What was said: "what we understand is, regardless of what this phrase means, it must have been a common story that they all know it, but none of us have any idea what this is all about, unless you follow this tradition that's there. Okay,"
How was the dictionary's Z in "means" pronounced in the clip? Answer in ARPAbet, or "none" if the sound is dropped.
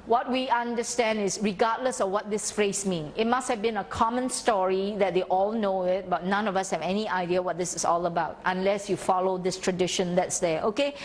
none